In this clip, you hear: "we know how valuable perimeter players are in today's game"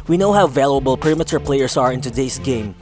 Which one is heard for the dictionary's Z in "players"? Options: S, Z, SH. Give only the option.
S